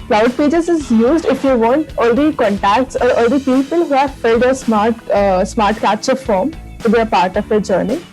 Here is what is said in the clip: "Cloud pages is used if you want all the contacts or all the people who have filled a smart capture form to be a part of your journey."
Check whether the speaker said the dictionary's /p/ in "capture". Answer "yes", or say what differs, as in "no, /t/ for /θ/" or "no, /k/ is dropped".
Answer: no, /p/ is dropped